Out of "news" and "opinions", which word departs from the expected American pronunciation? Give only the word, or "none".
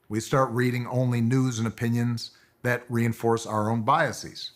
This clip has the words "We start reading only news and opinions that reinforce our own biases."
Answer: none